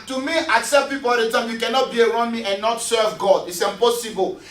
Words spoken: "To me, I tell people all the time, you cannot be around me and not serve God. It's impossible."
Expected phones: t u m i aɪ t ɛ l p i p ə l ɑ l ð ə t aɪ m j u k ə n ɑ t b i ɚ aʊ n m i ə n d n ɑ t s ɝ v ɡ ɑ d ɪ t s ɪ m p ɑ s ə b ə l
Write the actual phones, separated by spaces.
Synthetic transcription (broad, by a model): t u m i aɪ s ɛ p p i p ə l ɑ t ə t aɪ m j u k ə n ɑ t b i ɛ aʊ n m i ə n n ɑ t s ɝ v ɡ ɑ d ɪ t s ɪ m p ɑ s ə b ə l